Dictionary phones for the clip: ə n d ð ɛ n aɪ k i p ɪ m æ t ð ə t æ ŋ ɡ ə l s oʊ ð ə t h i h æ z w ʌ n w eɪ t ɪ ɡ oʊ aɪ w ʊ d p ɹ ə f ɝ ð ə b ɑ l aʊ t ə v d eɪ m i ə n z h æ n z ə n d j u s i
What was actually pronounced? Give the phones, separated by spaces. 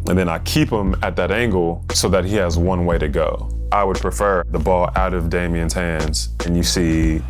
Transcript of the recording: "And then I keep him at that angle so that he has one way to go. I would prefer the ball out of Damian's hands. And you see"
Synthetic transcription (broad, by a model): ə n ð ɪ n aɪ k i p ɪ m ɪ t ð ə t æ ŋ ɡ l s oʊ ð ə t h i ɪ z w ʌ n w eɪ t ɪ ɡ oʊ aɪ w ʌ d p ɹ ə f ɝ ð ə b ɑ l aʊ t ə v d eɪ m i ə n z h æ n z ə n j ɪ s i